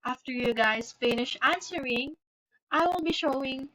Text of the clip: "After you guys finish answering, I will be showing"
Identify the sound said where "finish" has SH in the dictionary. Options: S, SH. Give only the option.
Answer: SH